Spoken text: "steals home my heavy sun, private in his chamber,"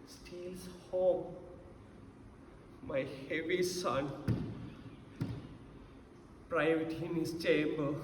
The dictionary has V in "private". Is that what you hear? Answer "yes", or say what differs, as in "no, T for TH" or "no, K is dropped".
no, W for V